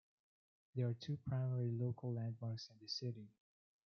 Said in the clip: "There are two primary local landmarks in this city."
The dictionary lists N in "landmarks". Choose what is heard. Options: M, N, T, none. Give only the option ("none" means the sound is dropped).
N